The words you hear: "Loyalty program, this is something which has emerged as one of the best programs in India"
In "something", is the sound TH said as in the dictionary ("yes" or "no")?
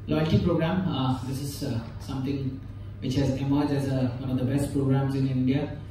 no